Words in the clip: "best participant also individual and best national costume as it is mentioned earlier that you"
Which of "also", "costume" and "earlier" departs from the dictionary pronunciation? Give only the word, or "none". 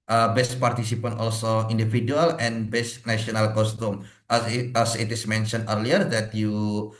none